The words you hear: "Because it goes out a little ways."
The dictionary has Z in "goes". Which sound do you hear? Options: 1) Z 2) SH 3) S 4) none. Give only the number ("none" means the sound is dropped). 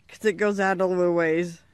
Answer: 1